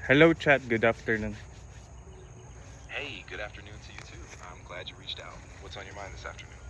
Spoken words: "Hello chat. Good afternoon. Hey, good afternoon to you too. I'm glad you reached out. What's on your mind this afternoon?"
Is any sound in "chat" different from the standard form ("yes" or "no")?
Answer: no